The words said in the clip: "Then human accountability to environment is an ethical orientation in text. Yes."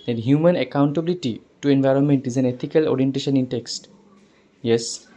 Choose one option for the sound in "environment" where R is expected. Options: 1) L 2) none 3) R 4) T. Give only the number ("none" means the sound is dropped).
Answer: 3